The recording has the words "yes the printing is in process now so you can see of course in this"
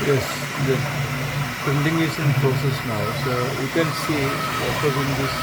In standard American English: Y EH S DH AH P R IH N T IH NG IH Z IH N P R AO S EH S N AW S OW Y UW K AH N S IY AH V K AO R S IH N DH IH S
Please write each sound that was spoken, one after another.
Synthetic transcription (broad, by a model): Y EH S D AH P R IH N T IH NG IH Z IH N P R AO S EH S N AW S OW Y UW K AH N S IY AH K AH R IH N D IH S